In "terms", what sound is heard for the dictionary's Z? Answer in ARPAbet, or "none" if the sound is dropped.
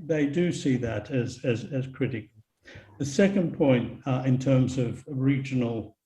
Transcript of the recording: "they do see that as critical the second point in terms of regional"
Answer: Z